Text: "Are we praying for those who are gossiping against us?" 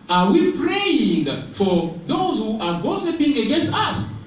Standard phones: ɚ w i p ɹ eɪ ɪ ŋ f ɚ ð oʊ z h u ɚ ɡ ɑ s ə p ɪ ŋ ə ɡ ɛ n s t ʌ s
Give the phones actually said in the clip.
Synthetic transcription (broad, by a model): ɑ w i p ɹ eɪ ɪ ŋ f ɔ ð oʊ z h u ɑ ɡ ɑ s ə p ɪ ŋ ə ɡ ɛ n s t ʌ s